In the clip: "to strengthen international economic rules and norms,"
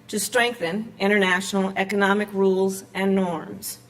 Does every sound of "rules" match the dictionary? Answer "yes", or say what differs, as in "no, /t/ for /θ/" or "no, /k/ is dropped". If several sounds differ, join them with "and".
yes